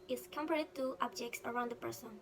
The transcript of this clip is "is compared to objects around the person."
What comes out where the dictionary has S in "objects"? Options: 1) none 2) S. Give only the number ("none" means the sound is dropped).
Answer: 2